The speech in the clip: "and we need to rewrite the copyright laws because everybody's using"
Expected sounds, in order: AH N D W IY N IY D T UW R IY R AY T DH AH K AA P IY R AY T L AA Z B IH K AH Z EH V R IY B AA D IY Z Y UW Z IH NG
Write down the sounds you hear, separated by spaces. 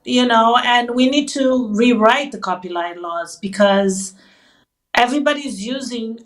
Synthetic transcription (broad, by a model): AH N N W IY N IY D T UW R IY R AY T DH AH K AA P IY L AY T L AA Z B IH K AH Z EH V R IY B AA D IY Z Y UW Z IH NG